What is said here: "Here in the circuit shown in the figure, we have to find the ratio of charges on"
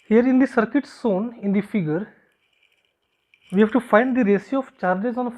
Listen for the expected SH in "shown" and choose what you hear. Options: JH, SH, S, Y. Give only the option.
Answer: S